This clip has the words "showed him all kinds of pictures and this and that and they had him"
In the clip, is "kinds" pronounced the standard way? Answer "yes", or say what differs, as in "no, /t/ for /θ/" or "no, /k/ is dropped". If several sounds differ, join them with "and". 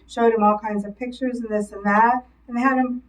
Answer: yes